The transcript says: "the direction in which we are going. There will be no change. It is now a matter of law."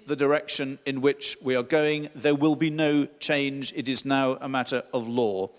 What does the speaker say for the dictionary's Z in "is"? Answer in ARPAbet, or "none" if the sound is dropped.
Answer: Z